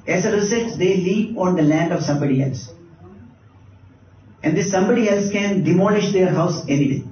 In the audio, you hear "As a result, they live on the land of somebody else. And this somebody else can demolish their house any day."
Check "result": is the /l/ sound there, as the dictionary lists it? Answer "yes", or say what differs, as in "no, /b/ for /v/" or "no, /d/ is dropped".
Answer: no, /l/ is dropped